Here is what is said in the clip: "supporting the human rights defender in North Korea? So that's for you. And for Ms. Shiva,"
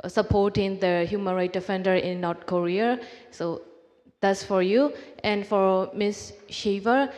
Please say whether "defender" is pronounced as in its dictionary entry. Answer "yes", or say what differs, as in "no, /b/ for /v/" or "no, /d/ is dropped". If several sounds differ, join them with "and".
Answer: yes